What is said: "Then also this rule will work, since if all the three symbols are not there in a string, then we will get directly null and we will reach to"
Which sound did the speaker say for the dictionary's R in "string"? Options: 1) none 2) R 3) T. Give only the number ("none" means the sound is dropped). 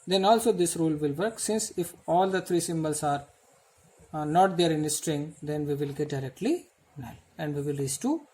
2